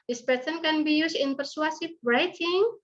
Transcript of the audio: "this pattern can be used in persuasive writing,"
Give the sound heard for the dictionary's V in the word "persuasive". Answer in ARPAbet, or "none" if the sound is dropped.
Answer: B